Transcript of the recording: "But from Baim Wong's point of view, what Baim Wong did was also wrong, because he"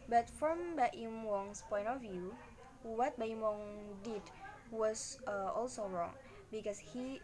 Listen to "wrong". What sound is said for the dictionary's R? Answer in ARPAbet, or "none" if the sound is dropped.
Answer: R